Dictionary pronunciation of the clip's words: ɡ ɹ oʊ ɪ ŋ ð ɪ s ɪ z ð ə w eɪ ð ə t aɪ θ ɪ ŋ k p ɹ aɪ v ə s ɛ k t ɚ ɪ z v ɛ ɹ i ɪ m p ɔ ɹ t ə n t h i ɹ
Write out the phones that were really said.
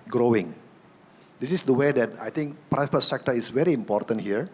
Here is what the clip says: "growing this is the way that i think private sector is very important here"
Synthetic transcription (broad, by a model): ɡ ɹ oʊ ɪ ŋ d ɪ s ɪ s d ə w eɪ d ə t aɪ t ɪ ŋ k p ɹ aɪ f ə s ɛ k t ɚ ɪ s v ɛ ɹ i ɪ m p ɔ ɹ t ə n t h i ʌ